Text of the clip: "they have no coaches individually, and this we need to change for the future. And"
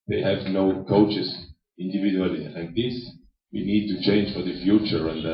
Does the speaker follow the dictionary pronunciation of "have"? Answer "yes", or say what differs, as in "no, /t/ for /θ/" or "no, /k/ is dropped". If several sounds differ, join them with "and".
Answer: yes